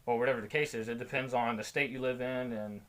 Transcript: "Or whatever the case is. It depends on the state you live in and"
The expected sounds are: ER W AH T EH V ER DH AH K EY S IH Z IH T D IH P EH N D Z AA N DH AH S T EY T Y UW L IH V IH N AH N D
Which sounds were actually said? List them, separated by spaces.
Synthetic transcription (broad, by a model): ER W AH T EH V ER DH AH K EY S IH Z IH T D IH P EH N D Z N DH AH S T EY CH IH L IH V IH N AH N